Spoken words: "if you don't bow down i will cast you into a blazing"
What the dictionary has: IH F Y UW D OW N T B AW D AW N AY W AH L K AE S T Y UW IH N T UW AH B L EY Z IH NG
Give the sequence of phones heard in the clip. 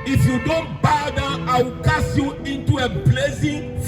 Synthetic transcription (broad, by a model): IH F Y UW D OW N T B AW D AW AY W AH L K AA S Y UW IH N T UW AH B L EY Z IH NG